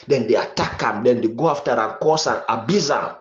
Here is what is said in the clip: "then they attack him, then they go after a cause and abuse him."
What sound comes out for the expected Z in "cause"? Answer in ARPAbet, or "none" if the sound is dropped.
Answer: S